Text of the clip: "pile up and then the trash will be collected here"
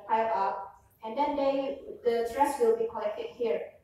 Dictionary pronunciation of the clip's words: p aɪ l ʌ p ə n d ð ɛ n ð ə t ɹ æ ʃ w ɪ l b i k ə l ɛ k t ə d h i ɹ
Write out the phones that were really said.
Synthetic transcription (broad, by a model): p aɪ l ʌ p ə n d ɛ n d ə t ɹ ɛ s w ɪ l b i k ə l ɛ k t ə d h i ɹ